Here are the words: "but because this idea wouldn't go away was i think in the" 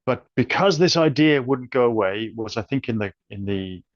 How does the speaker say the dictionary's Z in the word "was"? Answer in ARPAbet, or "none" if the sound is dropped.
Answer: Z